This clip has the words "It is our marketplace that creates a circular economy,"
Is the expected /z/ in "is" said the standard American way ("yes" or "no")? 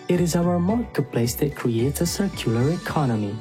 yes